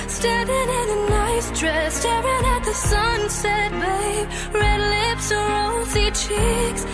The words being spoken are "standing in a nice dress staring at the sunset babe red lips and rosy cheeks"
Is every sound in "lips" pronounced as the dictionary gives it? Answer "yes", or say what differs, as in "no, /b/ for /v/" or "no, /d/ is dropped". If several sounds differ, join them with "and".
yes